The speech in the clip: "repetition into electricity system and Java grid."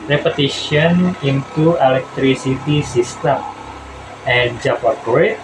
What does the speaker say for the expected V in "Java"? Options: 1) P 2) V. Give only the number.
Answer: 1